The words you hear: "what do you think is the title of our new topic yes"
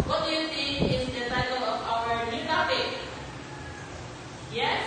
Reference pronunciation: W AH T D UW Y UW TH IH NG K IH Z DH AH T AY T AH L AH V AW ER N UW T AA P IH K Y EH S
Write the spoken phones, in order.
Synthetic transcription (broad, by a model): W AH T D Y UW S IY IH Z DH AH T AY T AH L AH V AW ER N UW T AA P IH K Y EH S